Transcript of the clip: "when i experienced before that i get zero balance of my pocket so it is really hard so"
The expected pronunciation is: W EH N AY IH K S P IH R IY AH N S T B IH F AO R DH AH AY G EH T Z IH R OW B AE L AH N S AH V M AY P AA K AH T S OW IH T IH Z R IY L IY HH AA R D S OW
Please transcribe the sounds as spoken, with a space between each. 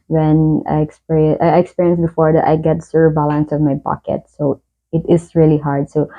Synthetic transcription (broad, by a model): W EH N AY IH K S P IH R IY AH N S B IH F AO R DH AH AY G EH T S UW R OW B AE L AH N S AH V M AY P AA K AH T S OW IH T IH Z R IY L IY HH AA R D S OW